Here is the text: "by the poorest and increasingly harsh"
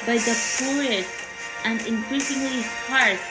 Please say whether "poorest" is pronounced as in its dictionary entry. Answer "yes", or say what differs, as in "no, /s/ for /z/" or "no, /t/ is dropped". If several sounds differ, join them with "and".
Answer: no, /ɹ/ is dropped